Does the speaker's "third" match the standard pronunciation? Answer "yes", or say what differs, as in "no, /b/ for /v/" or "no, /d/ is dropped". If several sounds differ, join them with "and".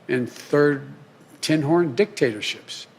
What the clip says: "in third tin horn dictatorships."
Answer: yes